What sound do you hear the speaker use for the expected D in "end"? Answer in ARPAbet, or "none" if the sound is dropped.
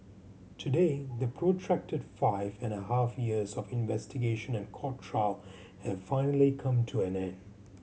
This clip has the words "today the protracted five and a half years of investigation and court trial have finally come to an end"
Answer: none